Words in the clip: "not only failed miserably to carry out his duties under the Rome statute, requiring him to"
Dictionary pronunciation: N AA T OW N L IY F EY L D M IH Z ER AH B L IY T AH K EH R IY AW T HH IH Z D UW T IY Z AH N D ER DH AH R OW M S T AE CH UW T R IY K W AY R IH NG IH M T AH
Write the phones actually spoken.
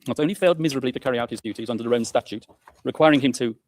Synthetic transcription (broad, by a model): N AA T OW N L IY F EY L D M IH Z ER AH B L IY T AH K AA R IY AW T HH IH Z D UW T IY Z AH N D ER DH AH R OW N S T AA CH UW T R IY K W AY R IH NG IH M T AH